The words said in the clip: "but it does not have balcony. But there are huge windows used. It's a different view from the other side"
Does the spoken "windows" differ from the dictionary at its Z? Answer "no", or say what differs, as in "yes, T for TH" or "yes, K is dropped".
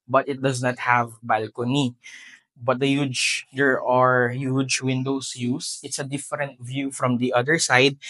yes, S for Z